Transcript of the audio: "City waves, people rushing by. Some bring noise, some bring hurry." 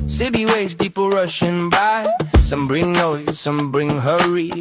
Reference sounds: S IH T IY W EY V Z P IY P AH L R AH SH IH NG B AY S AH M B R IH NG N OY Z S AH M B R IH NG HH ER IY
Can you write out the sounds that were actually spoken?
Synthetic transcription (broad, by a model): S IH T IY W EY Z P IY P L R AH SH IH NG B AY S AH M B R IH NG N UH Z S AH M B R IH NG HH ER IY